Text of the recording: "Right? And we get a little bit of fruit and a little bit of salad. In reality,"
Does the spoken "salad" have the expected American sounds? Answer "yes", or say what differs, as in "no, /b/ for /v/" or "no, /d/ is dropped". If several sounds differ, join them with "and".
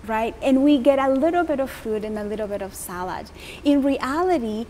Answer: yes